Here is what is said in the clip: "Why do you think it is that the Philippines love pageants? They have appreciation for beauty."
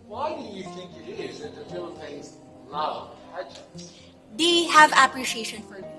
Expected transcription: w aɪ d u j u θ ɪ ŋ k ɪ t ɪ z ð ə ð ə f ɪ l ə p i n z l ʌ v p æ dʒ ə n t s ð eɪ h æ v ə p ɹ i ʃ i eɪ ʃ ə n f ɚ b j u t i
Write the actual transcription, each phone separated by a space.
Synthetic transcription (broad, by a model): w aɪ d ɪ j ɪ θ ɪ ŋ k ɪ t ɪ z ð ə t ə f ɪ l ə ɪ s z l ʌ v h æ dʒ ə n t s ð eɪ h æ v ə p ɹ i ʃ i eɪ ʃ ə n f ɚ